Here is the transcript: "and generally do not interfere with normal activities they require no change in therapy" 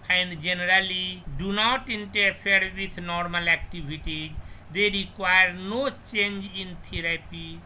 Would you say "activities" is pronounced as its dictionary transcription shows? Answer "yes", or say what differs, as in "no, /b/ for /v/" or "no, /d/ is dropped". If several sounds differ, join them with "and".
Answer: no, /b/ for /v/